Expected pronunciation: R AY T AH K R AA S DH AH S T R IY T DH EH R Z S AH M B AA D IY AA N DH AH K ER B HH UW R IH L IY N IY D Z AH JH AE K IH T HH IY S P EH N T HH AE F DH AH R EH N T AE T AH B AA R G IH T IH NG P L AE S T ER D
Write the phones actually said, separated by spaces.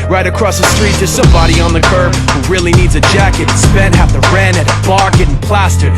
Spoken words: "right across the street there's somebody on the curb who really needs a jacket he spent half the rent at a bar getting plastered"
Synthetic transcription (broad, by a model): R AY T AH K R AA S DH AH S T R IY T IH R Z S AH M B AA D IY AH N DH AH K ER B HH UW R IH L IY N IY D Z AH JH AE K IH T S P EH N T HH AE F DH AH R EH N IH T AH B AA R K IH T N P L AE S T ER